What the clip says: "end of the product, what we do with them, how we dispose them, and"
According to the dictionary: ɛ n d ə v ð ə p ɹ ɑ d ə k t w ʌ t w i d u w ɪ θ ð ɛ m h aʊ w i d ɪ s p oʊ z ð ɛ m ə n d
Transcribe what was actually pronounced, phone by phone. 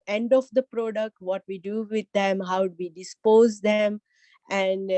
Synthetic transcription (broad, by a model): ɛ n d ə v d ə p ɹ ɑ d ə k t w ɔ t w i d u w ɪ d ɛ m h aʊ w i d ɪ s p oʊ z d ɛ m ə n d